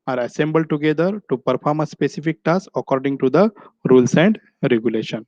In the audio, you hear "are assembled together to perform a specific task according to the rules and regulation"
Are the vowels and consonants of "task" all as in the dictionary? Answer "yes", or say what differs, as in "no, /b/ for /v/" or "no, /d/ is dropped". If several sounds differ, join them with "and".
no, /k/ is dropped